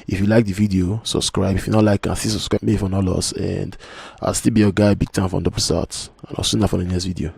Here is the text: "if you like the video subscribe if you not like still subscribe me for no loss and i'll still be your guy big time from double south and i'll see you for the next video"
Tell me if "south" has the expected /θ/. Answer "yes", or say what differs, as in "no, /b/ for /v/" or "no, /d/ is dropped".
no, /t/ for /θ/